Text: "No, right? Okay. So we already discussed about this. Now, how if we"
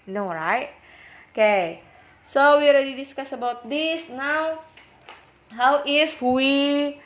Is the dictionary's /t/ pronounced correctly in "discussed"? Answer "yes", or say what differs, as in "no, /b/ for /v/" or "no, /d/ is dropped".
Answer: no, /t/ is dropped